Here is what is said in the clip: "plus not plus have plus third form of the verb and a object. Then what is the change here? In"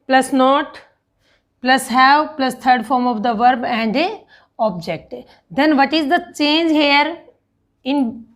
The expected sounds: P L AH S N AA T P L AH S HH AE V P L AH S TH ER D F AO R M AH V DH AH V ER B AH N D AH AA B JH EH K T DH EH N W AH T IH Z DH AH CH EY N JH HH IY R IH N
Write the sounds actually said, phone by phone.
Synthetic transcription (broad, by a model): P L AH S N AA T P L AH S HH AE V P L AH S T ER D F AO R M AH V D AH V ER B AH N D AH AA B JH EH K T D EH N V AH T IH Z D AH CH EY N JH HH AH R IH N